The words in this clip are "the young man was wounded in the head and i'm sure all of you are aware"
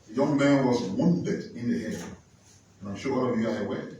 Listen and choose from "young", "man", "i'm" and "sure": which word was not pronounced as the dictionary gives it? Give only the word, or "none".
sure